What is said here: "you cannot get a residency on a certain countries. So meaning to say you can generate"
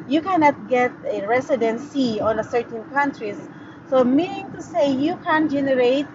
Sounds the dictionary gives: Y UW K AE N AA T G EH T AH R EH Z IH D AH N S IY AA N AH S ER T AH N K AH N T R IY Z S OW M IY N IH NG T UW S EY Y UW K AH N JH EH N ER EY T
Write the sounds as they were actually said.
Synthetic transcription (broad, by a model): Y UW K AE N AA T G EH T AH R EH S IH D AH N S IY AA N AH S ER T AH N K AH N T R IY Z S OW M IY N IH NG T UW S EY Y UW K AH N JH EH N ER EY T